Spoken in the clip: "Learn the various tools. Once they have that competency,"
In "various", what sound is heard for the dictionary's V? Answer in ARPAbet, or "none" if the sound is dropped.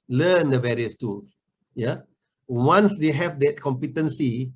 V